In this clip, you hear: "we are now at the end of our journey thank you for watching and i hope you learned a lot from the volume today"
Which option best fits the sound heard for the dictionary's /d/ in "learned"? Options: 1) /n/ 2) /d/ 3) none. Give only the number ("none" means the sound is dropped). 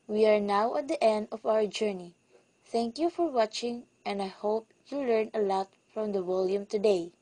3